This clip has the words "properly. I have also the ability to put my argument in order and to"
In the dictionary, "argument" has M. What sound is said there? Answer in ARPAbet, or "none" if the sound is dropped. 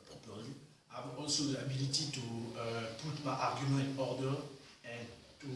none